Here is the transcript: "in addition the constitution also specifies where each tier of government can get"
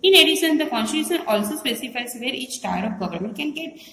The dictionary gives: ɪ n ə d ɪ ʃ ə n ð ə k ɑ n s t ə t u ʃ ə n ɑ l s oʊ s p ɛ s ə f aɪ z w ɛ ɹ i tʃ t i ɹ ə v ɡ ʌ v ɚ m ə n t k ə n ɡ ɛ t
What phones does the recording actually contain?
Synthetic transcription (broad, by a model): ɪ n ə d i s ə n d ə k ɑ n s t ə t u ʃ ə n ɑ l s oʊ s p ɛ s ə f aɪ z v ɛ ɹ i tʃ t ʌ ɹ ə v ɡ ʌ v ɚ m ə n t k ə n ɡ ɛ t